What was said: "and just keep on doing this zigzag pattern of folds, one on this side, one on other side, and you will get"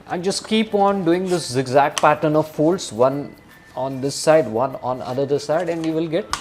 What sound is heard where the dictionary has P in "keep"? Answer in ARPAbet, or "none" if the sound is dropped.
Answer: P